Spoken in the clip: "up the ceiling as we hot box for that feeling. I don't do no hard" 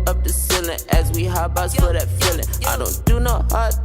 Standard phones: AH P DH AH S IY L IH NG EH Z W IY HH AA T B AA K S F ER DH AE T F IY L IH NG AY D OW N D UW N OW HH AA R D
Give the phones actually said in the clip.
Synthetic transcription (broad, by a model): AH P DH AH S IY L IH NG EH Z W IY HH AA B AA S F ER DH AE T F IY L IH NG AY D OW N D UW N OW HH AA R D